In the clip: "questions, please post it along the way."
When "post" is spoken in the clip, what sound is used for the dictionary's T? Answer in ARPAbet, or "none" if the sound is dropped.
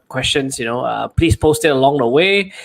T